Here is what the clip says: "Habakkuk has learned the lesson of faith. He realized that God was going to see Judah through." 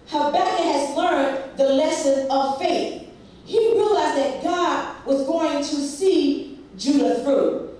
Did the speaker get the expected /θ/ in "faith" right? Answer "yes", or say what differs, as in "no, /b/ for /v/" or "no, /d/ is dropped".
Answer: yes